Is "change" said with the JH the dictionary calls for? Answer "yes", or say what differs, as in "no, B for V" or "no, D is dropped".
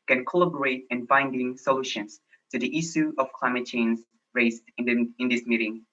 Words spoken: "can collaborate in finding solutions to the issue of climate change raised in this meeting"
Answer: no, Z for JH